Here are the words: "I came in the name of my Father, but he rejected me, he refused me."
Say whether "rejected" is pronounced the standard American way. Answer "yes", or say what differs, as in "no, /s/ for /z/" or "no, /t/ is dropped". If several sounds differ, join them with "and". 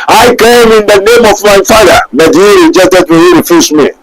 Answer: no, /k/ is dropped